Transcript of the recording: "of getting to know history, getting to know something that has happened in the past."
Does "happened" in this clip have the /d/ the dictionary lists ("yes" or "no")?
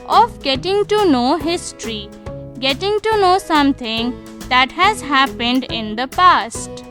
yes